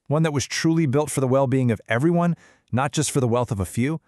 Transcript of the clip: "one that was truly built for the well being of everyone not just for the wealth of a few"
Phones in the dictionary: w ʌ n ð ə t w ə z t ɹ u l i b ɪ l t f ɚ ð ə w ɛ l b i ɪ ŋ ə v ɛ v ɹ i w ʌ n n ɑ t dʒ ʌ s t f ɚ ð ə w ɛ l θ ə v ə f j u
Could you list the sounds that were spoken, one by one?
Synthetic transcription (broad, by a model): w ʌ n ð ə t w ə z t ɹ u l i b ɪ l t f ɚ ð ə w ɛ l b i ɪ ŋ ə v ɛ v ɹ i w ʌ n n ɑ t dʒ ʌ s t f ɚ ð ə w ɛ l θ ə v ə f j u